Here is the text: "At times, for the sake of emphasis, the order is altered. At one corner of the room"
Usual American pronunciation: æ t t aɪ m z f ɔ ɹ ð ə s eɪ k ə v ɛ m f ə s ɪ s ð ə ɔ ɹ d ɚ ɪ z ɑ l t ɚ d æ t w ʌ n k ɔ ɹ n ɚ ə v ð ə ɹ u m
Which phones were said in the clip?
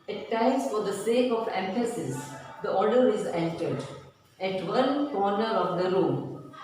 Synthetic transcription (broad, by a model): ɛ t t aɪ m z f ɔ ɹ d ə s eɪ k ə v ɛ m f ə s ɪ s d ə ɔ ɹ d ɚ ɪ z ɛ n t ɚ d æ t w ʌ n k ɔ ɹ n ɚ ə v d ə ɹ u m